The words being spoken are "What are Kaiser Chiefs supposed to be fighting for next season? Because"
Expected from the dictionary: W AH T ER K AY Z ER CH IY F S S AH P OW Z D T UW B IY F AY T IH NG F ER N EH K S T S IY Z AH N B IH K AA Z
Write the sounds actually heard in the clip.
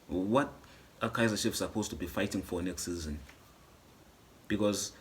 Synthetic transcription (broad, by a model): W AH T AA K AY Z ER SH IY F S S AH P OW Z T UW B IY F AY T IH NG F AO N EH K S T S IY Z AH N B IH K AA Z